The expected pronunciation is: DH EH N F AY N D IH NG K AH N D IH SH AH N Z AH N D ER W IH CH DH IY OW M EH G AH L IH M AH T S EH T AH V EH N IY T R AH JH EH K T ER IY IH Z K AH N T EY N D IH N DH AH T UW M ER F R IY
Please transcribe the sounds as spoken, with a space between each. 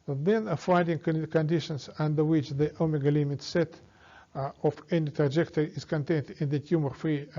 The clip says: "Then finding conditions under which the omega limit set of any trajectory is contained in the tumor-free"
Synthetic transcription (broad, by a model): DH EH N F AY D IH NG K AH N D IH SH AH N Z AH N D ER W IH CH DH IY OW M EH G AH L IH M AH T S EH T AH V EH N IY T R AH JH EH K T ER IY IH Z K AH N T EY N D IH N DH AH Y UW M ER F R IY